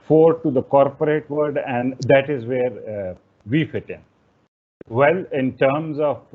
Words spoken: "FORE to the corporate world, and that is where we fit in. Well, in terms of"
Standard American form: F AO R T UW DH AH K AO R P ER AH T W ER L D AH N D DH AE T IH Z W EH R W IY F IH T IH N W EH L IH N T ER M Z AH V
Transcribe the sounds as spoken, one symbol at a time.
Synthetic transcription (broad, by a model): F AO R T UW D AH K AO R P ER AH T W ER D AH N D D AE T IH Z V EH R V IY F IH T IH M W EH L IH N T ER M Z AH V